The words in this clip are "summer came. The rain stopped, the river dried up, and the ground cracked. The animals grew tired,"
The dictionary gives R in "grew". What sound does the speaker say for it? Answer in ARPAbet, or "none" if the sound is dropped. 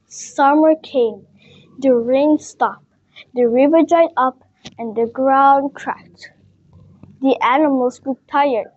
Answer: none